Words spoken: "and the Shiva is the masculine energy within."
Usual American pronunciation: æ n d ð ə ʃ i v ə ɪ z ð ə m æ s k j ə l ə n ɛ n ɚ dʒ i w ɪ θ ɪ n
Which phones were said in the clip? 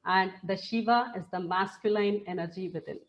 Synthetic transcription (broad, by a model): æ n d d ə ʃ i v ə ɪ z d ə m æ s k j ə l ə n ɛ n ɚ dʒ i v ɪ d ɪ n